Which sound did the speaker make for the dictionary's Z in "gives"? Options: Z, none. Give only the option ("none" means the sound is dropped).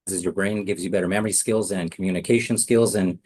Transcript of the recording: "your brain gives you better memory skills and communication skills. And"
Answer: Z